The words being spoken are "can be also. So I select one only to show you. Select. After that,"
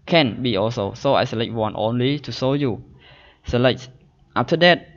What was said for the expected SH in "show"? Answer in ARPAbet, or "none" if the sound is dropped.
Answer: S